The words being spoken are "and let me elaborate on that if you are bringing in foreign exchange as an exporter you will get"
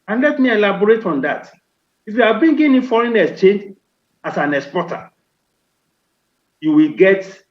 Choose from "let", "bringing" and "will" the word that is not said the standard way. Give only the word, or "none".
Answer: bringing